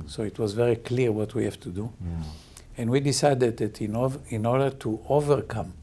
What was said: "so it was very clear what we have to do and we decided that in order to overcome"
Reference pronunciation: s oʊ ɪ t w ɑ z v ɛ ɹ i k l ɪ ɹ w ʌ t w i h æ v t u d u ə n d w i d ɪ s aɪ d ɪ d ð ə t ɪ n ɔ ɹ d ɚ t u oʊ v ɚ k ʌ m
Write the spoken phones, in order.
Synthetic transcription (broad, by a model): s oʊ ɪ t w ɑ z v ɛ ɹ i k l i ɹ w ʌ t w i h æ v t u d u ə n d w i d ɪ s aɪ d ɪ d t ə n ɪ n ɔ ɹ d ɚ t u oʊ v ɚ k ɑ m